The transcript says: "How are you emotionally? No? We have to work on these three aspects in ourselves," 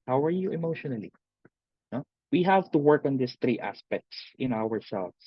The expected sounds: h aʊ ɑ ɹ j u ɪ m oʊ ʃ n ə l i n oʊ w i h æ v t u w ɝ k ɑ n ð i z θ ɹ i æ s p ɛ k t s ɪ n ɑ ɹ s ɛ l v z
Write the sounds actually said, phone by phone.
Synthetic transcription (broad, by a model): h aʊ ɑ ɹ j u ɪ m oʊ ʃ n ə l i n oʊ w i h æ v t u w ɝ k ɑ n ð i s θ ɹ i æ s p ɛ k t s ɪ n ɑ ɹ s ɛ l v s